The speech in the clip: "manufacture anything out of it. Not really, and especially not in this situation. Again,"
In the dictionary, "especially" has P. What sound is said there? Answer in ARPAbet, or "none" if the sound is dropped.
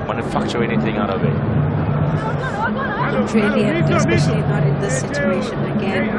none